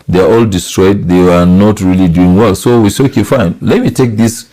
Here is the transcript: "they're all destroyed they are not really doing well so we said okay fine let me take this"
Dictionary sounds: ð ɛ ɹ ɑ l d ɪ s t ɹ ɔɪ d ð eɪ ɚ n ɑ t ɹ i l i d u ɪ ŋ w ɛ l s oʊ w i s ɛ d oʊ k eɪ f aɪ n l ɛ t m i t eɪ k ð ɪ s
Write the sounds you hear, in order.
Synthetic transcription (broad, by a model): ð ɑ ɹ ɑ l d ɪ s t ɹ ɔɪ d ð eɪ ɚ n ɑ t ɹ i l i d u ɪ ŋ w ɛ l s oʊ w i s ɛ oʊ k eɪ f aɪ n l ɛ t m i t eɪ k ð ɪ s